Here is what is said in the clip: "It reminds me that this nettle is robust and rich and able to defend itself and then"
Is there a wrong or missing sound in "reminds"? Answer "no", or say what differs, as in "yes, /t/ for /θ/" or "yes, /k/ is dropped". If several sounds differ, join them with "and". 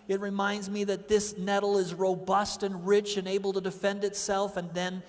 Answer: no